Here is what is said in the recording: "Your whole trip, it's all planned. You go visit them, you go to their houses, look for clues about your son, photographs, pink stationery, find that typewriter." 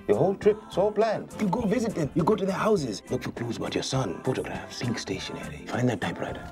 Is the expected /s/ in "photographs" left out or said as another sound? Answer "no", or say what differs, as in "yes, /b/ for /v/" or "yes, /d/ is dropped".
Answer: yes, /s/ is dropped